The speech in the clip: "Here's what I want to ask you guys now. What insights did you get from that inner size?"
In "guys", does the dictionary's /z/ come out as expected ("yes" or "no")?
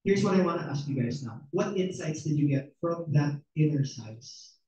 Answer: no